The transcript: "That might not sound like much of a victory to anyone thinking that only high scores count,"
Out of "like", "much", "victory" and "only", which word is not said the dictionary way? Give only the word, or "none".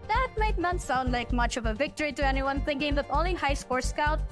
only